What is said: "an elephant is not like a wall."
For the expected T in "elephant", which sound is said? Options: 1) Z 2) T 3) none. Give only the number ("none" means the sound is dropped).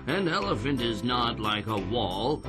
2